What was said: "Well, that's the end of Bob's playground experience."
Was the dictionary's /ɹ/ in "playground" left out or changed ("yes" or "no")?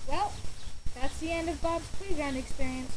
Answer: yes